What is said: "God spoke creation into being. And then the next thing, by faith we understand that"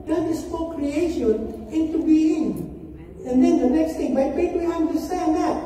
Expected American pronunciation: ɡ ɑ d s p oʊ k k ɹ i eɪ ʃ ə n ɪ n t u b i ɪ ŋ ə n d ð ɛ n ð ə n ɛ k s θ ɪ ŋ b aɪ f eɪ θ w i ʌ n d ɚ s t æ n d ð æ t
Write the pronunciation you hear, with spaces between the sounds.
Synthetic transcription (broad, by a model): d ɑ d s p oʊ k k ɹ i eɪ ʃ ə n ɪ n t u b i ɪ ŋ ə n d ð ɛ n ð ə n ɛ k s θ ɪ ŋ b aɪ p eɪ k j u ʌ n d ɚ s t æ n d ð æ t